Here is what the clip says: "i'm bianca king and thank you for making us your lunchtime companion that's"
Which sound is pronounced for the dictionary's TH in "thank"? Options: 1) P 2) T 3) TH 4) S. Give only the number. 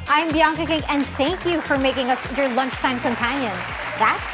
3